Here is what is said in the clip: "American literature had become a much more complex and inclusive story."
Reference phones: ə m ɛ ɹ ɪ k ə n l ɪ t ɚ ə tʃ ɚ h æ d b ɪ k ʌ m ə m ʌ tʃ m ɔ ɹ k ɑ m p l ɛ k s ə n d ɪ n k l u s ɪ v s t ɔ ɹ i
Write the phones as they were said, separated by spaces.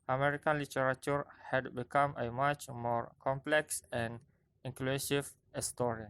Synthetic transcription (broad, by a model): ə m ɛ ɹ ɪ k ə n l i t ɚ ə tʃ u h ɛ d b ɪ k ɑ m ə m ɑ tʃ m ɔ ɹ k ɑ m p l ɛ k s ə n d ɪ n k l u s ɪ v s t ɔ ɹ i